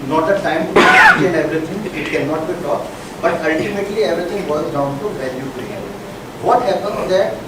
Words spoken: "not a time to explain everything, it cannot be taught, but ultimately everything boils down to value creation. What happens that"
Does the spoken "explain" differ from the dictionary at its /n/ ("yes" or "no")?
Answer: yes